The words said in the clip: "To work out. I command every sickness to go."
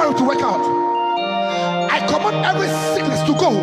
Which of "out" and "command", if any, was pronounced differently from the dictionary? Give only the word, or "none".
command